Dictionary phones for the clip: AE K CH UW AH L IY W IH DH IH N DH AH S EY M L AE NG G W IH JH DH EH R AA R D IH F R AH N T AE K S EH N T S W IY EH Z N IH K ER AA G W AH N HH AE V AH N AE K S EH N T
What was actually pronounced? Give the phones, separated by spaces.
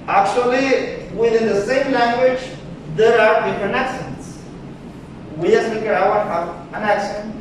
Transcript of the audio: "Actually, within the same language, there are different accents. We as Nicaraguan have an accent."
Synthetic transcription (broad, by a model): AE K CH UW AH L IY W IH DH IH N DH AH S EY M L AE NG G W IH JH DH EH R AA R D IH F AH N AE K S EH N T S W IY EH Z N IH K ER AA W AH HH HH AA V AH N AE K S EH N